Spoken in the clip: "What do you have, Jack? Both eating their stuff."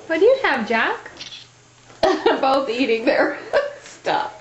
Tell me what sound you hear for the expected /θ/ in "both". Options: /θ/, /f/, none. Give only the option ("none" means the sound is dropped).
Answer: /θ/